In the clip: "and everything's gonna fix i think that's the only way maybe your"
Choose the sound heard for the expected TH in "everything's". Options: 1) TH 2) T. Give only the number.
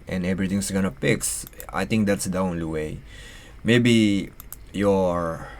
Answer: 2